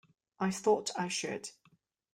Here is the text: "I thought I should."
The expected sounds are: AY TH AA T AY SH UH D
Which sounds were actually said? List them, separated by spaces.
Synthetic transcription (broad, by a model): AY TH AA T AY SH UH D